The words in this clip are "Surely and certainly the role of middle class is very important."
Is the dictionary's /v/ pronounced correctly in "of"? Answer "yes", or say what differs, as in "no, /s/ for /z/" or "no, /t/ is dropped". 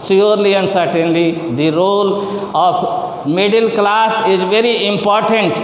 no, /p/ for /v/